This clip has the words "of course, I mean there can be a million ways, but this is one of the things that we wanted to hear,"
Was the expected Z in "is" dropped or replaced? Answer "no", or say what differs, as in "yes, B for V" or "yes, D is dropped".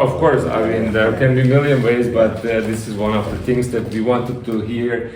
no